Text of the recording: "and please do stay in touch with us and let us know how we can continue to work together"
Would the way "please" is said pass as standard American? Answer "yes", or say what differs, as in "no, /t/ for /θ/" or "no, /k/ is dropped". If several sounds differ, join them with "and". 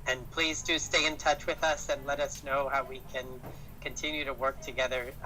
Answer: yes